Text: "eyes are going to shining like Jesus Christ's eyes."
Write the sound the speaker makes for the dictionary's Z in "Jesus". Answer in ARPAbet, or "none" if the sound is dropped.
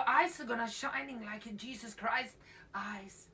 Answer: Z